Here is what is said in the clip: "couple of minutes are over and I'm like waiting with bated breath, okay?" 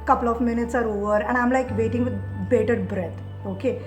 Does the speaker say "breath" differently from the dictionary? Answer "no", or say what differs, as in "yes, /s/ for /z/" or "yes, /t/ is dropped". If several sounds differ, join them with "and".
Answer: yes, /t/ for /θ/